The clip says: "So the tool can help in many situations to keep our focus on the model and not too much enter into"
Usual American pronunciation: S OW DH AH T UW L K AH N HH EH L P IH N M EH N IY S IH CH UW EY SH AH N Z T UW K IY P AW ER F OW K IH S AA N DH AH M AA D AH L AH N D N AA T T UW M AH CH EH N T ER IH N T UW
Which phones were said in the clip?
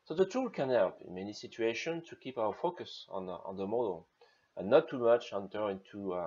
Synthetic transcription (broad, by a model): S OW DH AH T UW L K AH N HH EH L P IH N M EH N IY S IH CH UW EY SH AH N T UW K IY P AW ER F OW K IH S AA N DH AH M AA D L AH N N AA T T UW M AH CH EH N T ER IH N T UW